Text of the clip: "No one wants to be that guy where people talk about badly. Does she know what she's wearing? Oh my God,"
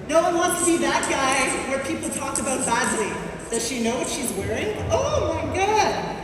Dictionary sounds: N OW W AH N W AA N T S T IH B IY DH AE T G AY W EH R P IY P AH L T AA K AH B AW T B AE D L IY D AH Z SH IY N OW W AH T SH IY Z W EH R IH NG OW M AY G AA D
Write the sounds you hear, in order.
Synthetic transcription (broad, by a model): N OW W AH N W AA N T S T IH B IY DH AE T G AY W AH R P IY P L T AA K AH B AW T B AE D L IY D AH Z SH IY N OW W AH T SH IY Z W EH R IH NG OW M AY G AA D